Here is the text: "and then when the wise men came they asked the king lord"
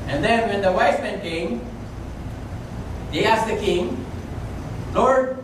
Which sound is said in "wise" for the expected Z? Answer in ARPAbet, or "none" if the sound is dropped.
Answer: S